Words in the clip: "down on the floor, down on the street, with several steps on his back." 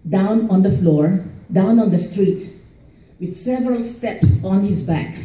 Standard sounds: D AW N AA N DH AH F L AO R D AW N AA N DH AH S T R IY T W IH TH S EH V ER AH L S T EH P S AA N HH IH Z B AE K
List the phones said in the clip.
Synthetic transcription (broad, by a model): D AW N AA N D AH F L AO R D AW N AA N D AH S T R IY T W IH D S EH V ER AH L S T EH P S AA N HH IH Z B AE K